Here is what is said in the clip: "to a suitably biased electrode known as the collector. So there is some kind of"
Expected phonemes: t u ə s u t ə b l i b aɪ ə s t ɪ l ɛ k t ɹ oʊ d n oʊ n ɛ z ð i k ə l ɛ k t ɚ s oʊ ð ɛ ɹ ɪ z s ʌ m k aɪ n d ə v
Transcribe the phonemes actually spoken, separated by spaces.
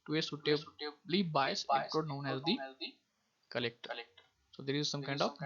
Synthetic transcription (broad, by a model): t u ə s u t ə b l i b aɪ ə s ɪ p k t oʊ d n oʊ n ɛ z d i k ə l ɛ k t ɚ s oʊ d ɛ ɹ ɪ z s ʌ m k aɪ n d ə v